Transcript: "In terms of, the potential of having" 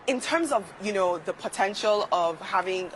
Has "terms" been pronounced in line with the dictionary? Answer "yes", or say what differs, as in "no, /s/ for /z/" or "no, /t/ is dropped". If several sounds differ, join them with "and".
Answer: yes